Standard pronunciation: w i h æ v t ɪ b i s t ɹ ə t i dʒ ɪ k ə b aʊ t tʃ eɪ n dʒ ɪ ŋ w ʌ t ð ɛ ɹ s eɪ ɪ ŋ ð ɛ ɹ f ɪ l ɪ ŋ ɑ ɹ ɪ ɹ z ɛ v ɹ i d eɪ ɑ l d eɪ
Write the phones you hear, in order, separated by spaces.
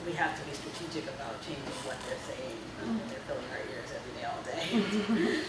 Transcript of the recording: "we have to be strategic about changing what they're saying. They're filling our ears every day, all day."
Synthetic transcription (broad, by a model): w i h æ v t ɪ b i s t ɹ ə t i dʒ ɪ k ə b aʊ t tʃ eɪ n dʒ ɪ ŋ w ʌ t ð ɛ ɹ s eɪ ɪ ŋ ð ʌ ɹ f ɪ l ɪ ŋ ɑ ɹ ɪ ɹ z ɛ v ɹ i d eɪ ɑ l d eɪ